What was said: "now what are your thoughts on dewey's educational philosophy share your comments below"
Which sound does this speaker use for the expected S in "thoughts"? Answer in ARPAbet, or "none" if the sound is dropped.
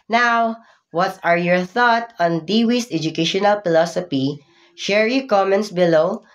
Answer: none